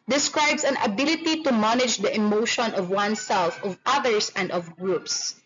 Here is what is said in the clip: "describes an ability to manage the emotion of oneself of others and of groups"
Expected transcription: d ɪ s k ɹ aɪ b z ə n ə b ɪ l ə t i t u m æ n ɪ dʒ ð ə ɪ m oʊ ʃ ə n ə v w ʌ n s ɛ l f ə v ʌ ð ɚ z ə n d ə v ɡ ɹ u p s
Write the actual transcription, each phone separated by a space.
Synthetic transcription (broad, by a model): d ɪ s k ɹ aɪ b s ə n ə b ɪ l ə t i t u m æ n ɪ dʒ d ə ɪ m oʊ ʃ ə n ə v w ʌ n s ɛ l f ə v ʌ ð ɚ s ə n d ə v ɡ ɹ u p s